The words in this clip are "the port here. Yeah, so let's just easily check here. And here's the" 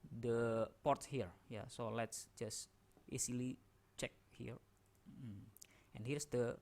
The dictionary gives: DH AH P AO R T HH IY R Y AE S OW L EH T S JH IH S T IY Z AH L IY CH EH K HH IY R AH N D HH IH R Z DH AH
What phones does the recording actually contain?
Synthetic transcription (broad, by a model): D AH P AO R T HH IY R Y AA S OW L EH T S JH IH S T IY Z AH L IY CH EH K HH IY R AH N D HH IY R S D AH